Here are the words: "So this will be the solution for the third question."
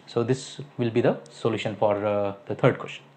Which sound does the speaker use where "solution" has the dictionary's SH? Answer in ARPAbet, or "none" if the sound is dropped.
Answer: SH